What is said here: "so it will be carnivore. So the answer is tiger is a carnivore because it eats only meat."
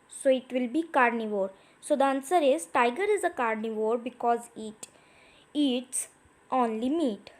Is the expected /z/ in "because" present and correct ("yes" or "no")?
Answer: yes